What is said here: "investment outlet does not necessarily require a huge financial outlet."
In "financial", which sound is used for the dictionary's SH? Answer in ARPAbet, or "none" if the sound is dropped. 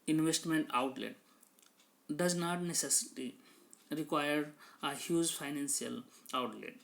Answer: S